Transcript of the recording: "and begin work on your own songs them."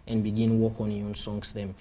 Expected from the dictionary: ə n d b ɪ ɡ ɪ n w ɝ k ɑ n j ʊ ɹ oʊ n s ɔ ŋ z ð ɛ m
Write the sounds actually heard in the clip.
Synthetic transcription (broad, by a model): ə n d b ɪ ɡ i n w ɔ k ɑ n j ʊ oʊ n s ɔ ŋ s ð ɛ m